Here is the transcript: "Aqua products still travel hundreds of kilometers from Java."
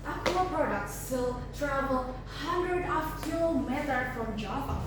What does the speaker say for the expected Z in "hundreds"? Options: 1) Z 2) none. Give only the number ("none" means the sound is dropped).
2